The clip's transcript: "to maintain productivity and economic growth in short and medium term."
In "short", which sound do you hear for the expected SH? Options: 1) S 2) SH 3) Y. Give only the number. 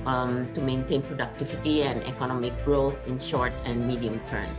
2